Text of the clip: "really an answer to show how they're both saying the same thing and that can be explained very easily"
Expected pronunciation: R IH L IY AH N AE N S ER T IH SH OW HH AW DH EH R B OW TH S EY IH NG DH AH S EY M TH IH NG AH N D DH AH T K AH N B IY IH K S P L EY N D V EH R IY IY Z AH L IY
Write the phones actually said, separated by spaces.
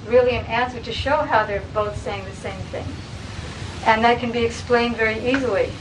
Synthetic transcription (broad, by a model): R IH L IY AH N AE N S ER T IH SH OW HH AW DH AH R B OW TH S EY IH NG DH AH S EY M TH IH NG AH N DH AH T K AH N B IY IH K S P L EY N D V EH R IY IY Z L IY